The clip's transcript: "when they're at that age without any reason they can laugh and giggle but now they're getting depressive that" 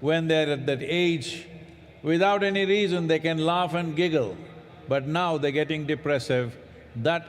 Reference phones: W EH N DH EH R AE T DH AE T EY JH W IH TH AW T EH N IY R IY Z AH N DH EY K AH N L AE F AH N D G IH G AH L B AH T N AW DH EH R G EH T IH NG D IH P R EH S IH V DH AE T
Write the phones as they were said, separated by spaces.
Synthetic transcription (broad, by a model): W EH N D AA R AE T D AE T EY JH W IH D AW T EH N IY R IY Z AH N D EY K AH N L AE F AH N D G IH G AH L B AH T N AW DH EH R G EH T IH NG D IH P R EH S IH V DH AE T